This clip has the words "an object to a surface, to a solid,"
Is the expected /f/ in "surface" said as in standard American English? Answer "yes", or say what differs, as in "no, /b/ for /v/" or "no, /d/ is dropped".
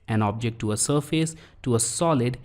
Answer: yes